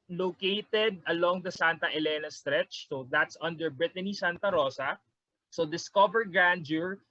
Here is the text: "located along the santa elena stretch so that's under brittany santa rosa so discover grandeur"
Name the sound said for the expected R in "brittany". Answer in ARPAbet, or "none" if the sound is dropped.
R